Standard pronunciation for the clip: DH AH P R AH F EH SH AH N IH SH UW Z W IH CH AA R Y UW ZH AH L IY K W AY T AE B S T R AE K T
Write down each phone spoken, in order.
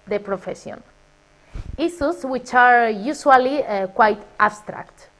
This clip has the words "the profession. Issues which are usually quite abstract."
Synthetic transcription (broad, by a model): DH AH P R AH F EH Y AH N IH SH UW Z W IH CH AA R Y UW S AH L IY K W AY T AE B S T R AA K T